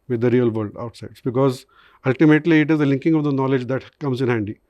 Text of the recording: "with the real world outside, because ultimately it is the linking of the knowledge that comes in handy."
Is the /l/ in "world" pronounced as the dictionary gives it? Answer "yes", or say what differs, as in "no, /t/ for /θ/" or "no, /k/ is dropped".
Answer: no, /l/ is dropped